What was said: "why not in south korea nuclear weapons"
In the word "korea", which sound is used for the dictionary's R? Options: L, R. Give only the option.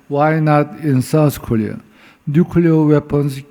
L